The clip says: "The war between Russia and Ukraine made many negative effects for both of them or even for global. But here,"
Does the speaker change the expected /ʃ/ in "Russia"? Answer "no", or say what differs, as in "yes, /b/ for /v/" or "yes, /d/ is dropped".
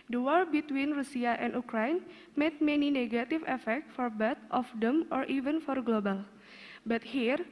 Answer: yes, /s/ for /ʃ/